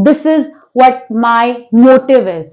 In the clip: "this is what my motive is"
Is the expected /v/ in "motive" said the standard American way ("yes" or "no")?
yes